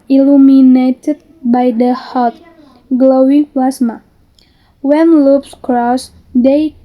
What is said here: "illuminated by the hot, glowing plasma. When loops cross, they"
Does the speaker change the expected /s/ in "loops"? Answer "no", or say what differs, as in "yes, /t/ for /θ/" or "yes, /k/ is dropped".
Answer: no